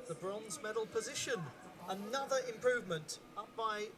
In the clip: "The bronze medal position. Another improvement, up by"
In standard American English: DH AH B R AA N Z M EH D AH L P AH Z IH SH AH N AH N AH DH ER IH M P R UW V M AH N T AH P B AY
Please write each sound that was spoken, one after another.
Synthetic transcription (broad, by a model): DH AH B R AA N Z M EH D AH L P AH Z IH SH AH N AH N AH DH ER IH M P R UW V M AH N T AH P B AY